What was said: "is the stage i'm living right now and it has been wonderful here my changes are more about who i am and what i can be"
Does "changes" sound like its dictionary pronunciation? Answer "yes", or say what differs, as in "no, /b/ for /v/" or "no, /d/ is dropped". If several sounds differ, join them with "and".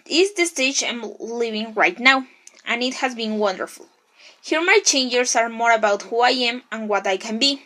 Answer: no, /s/ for /z/